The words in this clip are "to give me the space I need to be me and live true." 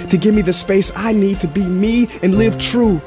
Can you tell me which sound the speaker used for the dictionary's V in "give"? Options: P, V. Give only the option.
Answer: V